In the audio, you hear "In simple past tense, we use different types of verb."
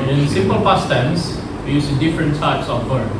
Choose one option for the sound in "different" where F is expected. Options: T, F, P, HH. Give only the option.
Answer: F